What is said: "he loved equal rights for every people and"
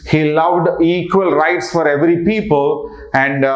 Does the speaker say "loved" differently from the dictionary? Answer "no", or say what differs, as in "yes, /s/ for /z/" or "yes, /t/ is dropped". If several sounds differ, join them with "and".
no